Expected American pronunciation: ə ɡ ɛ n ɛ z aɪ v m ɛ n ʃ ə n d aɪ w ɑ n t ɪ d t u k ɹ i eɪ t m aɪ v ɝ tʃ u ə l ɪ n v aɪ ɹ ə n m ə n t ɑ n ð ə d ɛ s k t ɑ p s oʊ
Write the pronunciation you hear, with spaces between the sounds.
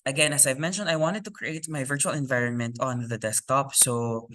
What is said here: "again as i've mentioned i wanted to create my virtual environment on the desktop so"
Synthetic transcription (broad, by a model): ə ɡ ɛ n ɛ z aɪ v m ɛ n ʃ ə n d aɪ w ɑ n t ɪ d t u k ɹ i eɪ t m aɪ v ɝ tʃ u ə l ɪ n v aɪ ɹ ə n m ə n t ɑ n ð ə d ɛ s k t ɑ p s oʊ